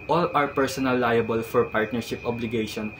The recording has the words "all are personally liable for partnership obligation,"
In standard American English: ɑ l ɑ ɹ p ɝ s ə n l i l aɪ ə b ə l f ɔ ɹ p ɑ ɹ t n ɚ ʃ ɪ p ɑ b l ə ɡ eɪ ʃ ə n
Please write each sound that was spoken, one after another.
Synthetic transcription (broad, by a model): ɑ l ɑ ɹ p ɝ s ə n i l aɪ ə b ə l f ɔ ɹ p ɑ ɹ t n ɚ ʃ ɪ p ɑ b l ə ɡ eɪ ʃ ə n